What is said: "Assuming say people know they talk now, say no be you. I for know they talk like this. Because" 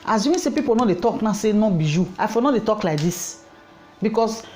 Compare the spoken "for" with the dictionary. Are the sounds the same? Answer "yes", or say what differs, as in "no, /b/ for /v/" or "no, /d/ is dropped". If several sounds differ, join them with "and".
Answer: no, /l/ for /ɹ/